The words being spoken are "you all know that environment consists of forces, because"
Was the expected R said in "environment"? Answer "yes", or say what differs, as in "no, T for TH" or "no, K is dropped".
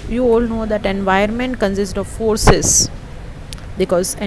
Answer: no, R is dropped